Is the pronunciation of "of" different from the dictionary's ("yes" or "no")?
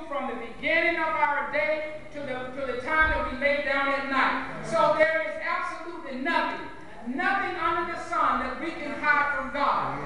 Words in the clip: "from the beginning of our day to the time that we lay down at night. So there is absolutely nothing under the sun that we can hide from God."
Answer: no